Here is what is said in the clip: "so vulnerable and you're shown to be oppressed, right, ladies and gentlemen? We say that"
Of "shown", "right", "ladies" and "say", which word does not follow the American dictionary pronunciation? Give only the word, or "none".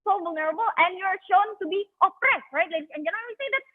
ladies